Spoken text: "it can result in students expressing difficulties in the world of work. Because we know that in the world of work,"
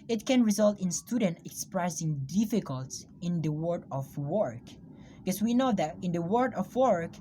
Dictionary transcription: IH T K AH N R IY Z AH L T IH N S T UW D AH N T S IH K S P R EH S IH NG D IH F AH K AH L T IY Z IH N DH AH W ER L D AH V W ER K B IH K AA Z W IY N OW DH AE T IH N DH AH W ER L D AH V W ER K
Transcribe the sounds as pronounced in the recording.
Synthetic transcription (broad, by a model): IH T K AH N R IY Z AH L T IH N S T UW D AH N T IH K S P R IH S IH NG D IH F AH K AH L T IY IH N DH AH W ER D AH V W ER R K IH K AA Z W IY N OW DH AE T IH N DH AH W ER D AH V W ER K